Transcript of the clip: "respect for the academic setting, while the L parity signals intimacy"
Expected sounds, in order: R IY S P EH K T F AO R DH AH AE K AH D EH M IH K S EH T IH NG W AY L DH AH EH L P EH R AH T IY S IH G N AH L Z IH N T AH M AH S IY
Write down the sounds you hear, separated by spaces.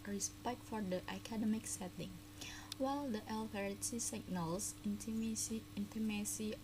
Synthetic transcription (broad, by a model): R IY S P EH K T F AO R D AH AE K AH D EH M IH K S EH T IH NG W AY L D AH EH L F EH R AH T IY S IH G N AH L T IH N T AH M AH S IY